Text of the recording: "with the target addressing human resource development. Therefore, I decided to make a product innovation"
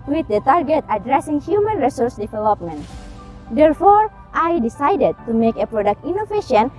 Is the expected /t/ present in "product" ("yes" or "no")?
yes